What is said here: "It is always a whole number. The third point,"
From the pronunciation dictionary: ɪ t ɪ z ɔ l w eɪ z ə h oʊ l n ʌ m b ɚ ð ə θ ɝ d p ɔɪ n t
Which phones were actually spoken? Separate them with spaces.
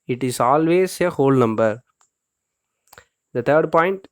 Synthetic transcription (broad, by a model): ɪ t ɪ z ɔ l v eɪ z ə h oʊ l n ʌ m b ɚ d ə t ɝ d p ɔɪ n t